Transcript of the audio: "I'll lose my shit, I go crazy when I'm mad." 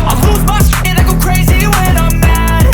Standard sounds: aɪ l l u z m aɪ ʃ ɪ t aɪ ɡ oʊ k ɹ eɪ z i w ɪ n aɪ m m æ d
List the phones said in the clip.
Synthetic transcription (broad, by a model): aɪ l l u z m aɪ s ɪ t aɪ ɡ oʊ k ɹ eɪ z i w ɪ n aɪ m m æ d